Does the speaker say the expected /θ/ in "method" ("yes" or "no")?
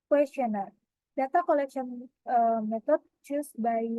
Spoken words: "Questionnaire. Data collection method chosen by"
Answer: no